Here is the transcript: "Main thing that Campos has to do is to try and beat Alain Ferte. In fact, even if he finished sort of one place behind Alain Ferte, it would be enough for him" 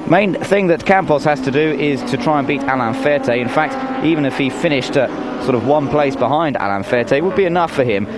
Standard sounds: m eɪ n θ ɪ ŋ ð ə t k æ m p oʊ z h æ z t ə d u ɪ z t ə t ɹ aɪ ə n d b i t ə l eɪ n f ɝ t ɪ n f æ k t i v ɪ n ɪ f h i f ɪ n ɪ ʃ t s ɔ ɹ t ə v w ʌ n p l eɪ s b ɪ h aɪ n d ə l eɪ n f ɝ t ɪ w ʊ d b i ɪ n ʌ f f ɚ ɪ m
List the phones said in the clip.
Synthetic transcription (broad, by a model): m eɪ n θ ɪ ŋ ð ə t k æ m p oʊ s h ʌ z t ə d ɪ ɪ z t ə t ɹ aɪ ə n b i t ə l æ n f ɝ t ɪ n f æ k t i v ɪ n ɪ f h i f ɪ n ɪ ʃ t s ɔ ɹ t ə v w ʌ n p l eɪ s b ɪ h aɪ n d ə l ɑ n f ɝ t ɪ w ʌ d b i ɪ n ʌ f f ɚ ɪ m